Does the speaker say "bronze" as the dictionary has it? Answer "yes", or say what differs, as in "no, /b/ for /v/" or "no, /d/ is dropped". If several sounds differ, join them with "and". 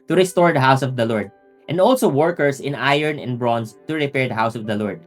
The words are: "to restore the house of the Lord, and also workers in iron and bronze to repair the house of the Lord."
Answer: no, /s/ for /z/